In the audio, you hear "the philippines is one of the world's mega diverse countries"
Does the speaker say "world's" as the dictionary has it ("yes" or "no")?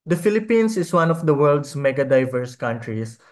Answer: no